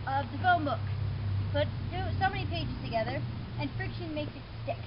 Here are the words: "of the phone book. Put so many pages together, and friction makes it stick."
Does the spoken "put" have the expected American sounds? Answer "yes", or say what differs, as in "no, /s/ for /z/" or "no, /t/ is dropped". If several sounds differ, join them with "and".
no, /b/ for /p/